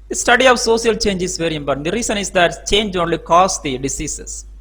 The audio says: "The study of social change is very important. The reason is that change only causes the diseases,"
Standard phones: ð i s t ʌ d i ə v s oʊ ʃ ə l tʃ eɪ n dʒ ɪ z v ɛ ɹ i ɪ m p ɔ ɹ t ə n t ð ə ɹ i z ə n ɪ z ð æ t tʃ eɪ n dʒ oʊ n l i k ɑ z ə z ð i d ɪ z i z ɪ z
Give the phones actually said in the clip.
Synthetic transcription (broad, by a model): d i s t ʌ d i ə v s oʊ s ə l tʃ eɪ n dʒ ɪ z v ɛ ɹ i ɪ m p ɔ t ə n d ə ɹ i s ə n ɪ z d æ t tʃ eɪ n dʒ oʊ n l i k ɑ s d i d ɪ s i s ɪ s